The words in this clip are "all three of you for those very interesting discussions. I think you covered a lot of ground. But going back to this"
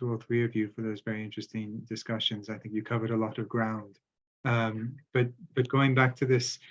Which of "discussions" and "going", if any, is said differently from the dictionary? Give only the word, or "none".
none